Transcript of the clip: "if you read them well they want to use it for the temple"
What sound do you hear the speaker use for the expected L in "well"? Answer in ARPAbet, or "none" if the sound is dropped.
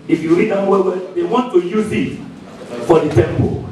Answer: W